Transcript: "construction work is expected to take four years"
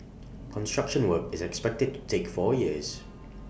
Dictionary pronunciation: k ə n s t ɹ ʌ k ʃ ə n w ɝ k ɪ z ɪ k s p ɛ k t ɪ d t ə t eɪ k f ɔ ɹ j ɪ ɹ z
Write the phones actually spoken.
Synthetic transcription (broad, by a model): k ə n s t ɹ ʌ k ʃ ə n w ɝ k ɪ z ɪ k s p ɛ k t ɪ d t ə t eɪ k f ɔ j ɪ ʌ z